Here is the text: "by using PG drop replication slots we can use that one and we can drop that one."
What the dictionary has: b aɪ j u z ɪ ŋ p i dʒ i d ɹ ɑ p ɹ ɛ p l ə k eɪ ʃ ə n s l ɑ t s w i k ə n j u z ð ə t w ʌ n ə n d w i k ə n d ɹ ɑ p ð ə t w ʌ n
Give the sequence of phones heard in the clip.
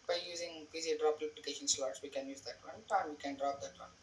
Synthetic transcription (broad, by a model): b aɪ j u z ɪ ŋ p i z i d ɹ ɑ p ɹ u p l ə k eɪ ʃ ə n s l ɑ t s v i k ə n j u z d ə t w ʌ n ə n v i k ə n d ɹ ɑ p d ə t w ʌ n